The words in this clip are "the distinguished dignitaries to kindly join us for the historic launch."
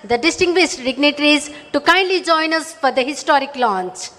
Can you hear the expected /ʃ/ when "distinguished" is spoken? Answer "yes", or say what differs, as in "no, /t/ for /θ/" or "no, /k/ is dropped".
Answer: no, /s/ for /ʃ/